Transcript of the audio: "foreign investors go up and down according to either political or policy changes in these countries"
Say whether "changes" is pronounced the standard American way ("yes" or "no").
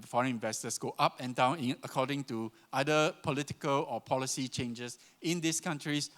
no